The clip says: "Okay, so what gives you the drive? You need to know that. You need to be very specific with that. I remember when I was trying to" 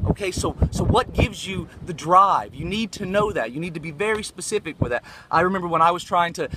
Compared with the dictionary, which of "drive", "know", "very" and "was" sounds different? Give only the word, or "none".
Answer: none